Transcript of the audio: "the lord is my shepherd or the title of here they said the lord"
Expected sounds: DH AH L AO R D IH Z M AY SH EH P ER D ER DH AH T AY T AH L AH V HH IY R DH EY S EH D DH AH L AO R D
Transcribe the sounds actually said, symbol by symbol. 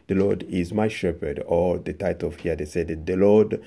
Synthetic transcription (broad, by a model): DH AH L AO R D IH Z M AY SH EH P ER D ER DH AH T AY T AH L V HH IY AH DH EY S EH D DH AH L AO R D